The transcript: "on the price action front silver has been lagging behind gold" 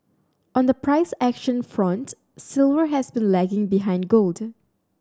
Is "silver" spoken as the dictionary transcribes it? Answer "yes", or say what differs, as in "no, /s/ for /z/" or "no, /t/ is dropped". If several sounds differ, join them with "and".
yes